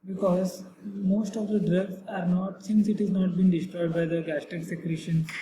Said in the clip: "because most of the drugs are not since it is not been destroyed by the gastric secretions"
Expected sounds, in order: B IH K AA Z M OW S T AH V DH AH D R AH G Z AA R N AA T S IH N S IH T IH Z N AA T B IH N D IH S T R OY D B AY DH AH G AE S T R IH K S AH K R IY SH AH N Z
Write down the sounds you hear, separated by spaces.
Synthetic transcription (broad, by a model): B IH K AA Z M OW S T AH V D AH D R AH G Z AA R N AA T S IH N S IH T IH Z N AA T B IH N D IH S T R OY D B AY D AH G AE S T IH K S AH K R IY SH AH N